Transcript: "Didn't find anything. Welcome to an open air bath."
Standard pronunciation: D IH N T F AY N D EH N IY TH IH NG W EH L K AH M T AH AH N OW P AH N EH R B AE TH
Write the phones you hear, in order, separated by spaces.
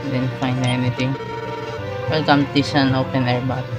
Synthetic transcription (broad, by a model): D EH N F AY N EH N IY T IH NG W EH L K AH M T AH AH N OW P AH N EH R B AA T